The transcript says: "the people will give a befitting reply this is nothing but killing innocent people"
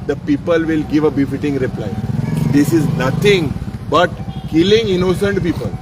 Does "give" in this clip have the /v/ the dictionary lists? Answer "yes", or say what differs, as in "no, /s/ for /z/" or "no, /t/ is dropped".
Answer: yes